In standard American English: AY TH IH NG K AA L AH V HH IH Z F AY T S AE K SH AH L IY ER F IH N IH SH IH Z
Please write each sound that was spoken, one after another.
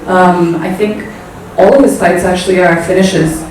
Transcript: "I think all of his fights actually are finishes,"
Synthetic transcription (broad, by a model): AY TH IH NG K AA L AH V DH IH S AY T S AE K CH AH L IY ER F IH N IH SH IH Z